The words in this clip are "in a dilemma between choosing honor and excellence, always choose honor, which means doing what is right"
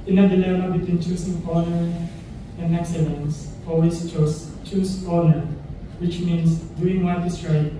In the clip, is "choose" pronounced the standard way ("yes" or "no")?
no